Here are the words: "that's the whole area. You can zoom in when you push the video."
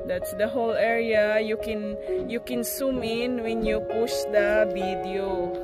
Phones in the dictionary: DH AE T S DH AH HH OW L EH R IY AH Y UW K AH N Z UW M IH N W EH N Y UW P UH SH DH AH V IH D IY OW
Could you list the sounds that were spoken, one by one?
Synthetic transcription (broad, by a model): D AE T S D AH HH OW L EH R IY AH Y UW K AH N S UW M IH N W EH N Y UW P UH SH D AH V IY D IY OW